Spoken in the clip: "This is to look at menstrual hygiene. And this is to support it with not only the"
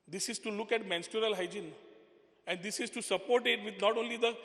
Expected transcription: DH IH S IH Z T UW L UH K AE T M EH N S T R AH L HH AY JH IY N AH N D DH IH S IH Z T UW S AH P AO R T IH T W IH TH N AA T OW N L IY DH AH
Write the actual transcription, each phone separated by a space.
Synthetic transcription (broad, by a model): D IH S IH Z T UW L UH K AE T M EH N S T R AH L HH AY JH IY N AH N D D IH S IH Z T UW S AH P AO R T IH T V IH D N AA T OW N L IY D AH